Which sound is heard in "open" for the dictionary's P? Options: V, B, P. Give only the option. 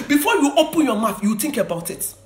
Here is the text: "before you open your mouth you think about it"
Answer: P